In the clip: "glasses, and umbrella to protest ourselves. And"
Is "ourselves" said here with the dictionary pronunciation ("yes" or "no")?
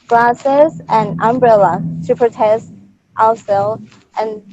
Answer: no